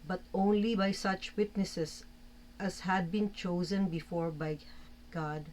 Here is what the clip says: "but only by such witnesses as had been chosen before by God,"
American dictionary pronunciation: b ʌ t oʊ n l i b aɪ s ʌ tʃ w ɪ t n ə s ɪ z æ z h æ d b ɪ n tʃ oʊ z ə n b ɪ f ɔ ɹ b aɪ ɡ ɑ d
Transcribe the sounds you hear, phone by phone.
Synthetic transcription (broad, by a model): b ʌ t oʊ n l i b aɪ s ʌ tʃ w ɪ t n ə s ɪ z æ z h æ d b ɪ n tʃ oʊ z ə n b ɪ f ɔ ɹ b aɪ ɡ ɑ d